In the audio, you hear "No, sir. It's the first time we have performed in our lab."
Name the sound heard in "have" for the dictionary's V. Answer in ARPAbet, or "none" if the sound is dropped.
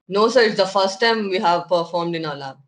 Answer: V